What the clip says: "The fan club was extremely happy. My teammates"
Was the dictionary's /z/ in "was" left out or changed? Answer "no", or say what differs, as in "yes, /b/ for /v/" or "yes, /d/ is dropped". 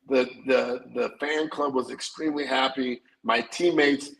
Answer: no